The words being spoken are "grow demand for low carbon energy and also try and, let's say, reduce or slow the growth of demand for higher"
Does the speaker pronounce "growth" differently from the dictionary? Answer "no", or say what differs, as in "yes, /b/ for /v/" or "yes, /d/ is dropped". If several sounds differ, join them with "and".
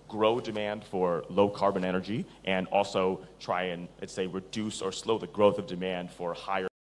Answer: no